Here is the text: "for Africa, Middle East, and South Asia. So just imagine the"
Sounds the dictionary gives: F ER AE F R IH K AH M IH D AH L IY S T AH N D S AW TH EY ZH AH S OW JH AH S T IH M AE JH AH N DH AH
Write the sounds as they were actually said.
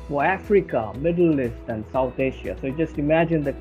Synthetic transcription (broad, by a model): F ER AE F R IH K AH M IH D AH L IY S T AH N D S AW T EY SH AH S OW JH AH S T IH M AE JH AH N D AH